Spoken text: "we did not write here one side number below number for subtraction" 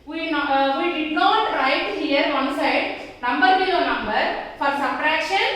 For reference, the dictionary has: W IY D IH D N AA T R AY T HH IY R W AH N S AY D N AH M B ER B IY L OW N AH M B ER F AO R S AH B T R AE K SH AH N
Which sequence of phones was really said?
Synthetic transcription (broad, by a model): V IY D IH D N AA T R AY T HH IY R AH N S AY D N AH M B ER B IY OW N AH M B ER F AO R S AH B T R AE K SH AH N